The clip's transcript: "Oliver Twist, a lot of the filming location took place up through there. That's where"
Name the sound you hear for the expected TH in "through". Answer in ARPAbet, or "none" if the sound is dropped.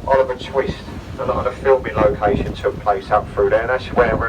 F